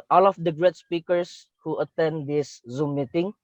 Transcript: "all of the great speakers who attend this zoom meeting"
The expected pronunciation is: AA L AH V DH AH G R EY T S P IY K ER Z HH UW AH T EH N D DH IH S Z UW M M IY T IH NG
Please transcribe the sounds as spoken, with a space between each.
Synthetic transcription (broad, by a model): AA L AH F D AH G R EY T S P IY K ER S HH UW AH T EH N D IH S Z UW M M IY T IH NG